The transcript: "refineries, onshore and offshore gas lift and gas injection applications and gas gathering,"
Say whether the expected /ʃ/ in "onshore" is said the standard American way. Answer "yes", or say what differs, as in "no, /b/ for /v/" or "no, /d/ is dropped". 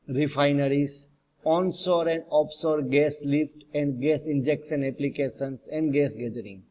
no, /s/ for /ʃ/